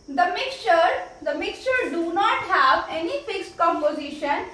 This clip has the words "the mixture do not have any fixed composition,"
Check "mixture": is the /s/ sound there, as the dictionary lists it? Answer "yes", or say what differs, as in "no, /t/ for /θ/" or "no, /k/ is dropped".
yes